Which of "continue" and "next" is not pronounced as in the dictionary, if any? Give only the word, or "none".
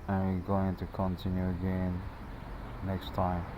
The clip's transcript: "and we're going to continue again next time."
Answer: none